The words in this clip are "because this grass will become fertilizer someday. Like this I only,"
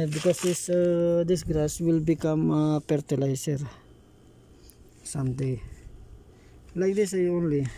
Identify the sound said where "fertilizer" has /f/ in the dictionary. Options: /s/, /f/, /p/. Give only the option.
/p/